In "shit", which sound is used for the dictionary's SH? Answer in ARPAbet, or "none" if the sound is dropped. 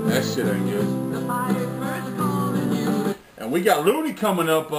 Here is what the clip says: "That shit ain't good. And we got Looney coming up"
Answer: S